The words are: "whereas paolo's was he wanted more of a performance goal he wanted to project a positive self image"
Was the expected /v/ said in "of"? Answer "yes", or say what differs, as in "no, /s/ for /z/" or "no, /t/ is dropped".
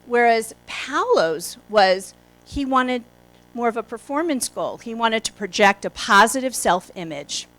yes